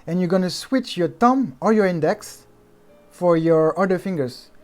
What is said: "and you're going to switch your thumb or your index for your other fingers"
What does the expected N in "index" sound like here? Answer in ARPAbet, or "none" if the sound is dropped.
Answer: N